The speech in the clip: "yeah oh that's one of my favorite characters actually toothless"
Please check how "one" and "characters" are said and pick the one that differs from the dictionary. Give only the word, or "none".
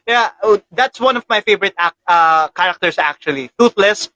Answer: characters